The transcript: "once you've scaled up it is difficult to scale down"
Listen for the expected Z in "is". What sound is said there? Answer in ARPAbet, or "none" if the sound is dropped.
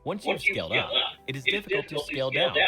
Z